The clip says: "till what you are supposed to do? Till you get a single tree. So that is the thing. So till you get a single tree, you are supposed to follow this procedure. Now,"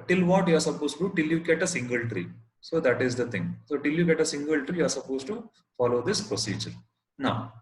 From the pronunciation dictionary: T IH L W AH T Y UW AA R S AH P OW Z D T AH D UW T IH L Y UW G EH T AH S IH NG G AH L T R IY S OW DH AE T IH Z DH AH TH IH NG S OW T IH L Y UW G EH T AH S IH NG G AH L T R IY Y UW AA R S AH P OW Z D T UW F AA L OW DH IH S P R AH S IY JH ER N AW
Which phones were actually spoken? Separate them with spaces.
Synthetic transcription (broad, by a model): T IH L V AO T Y UW AA R S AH P OW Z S T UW T IH L Y UW G EH T AH S IH NG G AH L T R IY S OW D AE T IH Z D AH T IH NG S OW T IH L Y UW G EH T AH S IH NG G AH L T R IY Y UW AA R S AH P OW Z T UW F AA L OW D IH S P R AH S IY JH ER N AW